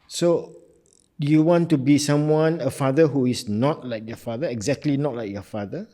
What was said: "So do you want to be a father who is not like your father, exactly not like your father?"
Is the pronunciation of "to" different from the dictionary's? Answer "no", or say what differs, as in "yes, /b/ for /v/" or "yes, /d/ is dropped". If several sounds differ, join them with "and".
yes, /s/ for /t/